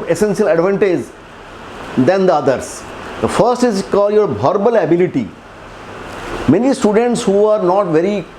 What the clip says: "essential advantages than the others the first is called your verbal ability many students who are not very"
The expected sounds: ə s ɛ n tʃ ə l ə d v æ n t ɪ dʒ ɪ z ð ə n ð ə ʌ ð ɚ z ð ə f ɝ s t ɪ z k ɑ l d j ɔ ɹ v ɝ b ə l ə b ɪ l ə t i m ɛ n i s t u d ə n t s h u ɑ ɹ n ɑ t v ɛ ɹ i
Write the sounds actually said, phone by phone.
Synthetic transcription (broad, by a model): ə s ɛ n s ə l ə d v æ n t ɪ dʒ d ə n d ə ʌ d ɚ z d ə f ɝ s t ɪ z k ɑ l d j ɔ ɹ b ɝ b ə l ə b ɪ l ə t i m ɛ n i s t u d ə n t s h u ɑ ɹ n ɑ t v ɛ ɹ i